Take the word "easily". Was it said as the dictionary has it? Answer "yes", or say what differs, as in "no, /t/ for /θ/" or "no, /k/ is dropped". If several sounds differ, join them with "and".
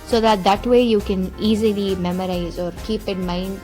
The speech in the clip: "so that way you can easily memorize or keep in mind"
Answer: yes